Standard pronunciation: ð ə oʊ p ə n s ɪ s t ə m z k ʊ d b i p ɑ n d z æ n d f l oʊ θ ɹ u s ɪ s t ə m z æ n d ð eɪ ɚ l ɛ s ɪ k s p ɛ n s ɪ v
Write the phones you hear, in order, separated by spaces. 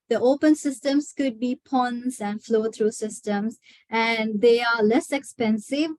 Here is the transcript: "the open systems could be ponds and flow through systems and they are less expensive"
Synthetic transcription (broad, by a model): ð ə oʊ p ə n s ɪ s t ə m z k ʊ d b i p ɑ n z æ n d f l oʊ t ɹ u s ɪ s t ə m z æ n d eɪ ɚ l ɛ s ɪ k s p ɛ n s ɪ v